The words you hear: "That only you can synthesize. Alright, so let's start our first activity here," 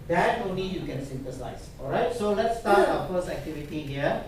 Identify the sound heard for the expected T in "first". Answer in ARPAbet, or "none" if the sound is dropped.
none